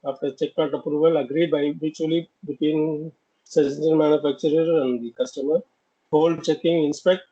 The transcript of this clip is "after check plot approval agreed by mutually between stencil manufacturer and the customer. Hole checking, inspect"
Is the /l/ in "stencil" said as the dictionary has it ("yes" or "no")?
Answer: no